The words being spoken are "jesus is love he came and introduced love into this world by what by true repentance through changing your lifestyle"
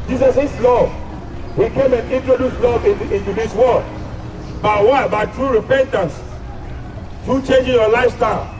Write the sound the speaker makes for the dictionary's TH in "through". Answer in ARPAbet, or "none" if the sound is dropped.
T